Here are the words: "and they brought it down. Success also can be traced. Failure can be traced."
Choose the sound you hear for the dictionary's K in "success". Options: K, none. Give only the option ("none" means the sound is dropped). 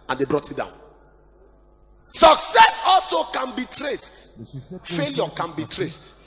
K